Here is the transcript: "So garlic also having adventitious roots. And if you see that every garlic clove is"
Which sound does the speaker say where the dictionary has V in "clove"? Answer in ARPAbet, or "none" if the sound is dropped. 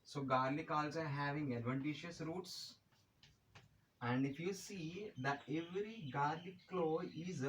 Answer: none